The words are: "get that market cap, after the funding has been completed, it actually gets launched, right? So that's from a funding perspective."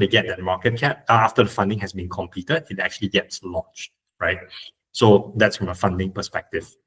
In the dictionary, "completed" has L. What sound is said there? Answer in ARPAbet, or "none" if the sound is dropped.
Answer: none